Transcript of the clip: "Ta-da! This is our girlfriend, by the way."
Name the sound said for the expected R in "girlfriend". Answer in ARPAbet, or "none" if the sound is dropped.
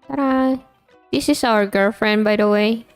R